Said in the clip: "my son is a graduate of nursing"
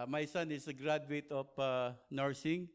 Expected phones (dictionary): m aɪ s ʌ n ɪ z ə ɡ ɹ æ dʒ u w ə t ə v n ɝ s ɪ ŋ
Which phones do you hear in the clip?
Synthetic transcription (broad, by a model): m aɪ s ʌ n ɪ s ə ɡ ɹ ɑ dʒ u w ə t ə p n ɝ s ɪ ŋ